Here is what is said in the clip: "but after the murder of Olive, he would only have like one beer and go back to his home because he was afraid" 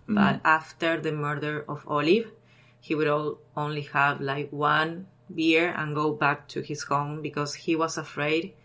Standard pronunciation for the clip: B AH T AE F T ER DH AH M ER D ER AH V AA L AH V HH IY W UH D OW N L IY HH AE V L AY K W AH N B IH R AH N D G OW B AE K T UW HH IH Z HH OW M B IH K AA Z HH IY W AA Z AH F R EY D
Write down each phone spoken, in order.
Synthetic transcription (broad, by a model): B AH T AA F T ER DH AH M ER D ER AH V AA L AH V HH IY W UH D OW N L IY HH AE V L AY K W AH N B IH R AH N G OW B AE K T UW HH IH S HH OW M B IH K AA S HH IY W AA S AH F R EY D